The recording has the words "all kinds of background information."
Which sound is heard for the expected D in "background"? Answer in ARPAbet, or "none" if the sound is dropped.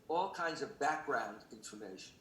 D